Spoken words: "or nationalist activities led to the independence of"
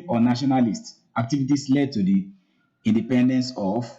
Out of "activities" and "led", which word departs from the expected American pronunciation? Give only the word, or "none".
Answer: activities